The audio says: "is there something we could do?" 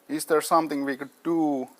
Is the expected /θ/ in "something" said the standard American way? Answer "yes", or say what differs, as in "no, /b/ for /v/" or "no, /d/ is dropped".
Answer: no, /t/ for /θ/